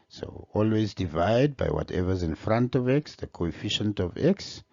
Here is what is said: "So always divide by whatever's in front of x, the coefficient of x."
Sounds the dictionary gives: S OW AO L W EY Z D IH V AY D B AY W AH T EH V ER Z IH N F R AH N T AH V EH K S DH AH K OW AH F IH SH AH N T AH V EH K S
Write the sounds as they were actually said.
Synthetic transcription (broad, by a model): S OW AO L W EY Z D IH V AY D B AY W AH T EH V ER Z IH N F R AH N T AH V EH K S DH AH K OW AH F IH SH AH N T AH V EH K S